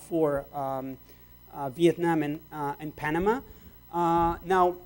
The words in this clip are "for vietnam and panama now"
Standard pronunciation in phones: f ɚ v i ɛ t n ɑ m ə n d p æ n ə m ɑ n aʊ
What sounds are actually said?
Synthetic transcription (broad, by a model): f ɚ v i ɛ t n ɑ m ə n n p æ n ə m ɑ n aʊ